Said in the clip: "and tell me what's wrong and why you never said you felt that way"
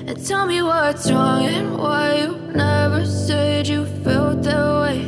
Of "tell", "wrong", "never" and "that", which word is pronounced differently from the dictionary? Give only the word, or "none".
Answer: none